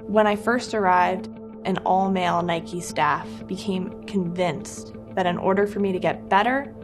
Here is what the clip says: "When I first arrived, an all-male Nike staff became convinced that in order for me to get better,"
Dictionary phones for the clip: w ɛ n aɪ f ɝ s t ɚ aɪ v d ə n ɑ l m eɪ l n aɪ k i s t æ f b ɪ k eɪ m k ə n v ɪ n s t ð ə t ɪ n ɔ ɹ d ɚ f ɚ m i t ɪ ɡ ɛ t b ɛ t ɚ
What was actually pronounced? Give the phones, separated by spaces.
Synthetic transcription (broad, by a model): w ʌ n aɪ f ɝ s t ɚ aɪ v d ə n ɑ l m eɪ l n aɪ k i s t æ f b ɪ k eɪ m k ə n v ɪ n s ð ə t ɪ n ɔ ɹ d ɚ f ɚ m i t ɪ ɡ ɛ t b ɛ t ɚ